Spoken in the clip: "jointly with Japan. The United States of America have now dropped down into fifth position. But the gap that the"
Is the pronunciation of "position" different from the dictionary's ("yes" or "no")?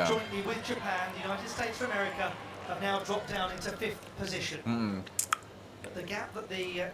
no